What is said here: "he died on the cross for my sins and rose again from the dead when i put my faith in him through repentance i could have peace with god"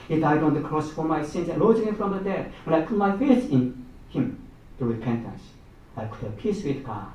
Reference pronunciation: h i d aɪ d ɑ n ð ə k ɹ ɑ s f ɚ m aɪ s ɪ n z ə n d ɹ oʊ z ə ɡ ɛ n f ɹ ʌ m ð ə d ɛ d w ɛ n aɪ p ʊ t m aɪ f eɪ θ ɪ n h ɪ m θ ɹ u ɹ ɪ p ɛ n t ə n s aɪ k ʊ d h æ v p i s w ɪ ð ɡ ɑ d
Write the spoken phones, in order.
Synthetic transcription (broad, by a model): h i d aɪ d ɑ n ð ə k ɹ ɑ s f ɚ m aɪ s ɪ n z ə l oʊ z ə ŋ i f ɹ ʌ m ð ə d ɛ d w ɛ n aɪ p ʊ t m aɪ f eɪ s ɪ n h ɪ m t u ɹ ɪ p ɛ n t ə n s aɪ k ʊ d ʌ p i s w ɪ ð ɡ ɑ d